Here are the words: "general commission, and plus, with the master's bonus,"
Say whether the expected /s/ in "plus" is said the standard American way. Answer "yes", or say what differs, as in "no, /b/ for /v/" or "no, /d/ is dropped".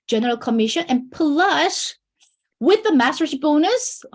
no, /ʃ/ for /s/